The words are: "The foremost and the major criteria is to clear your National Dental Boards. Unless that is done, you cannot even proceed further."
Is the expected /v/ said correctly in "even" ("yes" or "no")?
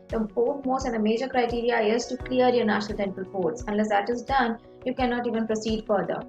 yes